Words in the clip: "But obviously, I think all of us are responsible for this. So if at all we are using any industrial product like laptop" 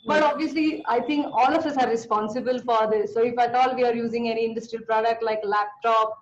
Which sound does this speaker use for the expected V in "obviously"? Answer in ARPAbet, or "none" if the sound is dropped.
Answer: V